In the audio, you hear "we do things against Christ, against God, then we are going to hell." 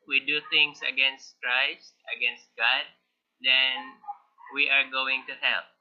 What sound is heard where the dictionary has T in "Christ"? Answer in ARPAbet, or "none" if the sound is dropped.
T